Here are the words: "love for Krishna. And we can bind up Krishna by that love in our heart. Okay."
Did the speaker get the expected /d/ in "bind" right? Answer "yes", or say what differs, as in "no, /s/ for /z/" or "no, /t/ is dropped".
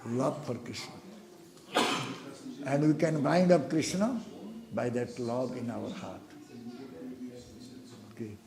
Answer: yes